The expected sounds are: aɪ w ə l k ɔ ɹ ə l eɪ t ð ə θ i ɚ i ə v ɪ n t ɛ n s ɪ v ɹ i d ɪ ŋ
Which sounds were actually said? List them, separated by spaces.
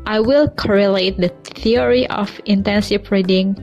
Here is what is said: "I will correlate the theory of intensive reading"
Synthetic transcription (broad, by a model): aɪ w ə l k ɔ ɹ ə l eɪ t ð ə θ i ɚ i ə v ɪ n t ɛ n s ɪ p ɹ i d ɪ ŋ